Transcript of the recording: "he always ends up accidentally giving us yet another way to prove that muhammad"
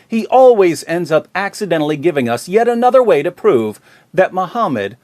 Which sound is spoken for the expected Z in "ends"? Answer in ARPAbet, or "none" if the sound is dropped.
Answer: Z